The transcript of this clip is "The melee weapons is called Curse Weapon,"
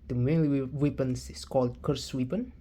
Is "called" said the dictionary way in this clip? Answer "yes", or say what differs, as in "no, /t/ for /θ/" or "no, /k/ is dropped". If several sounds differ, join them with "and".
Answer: yes